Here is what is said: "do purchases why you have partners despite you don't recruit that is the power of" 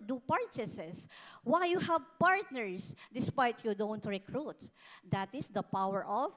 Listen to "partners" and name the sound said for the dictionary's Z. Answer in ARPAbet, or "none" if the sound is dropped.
S